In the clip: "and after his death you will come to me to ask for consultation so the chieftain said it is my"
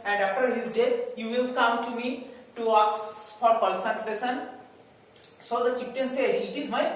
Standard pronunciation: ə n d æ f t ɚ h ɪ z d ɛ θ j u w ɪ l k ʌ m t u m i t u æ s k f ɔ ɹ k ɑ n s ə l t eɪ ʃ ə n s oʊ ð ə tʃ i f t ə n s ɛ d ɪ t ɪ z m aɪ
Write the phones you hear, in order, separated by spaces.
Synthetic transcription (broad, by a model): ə n d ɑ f t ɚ h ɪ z d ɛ t j u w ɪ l k ʌ m t u m i t u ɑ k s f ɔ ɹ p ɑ l s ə n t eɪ s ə n s oʊ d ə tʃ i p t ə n s ɛ d ɪ t ɪ z m aɪ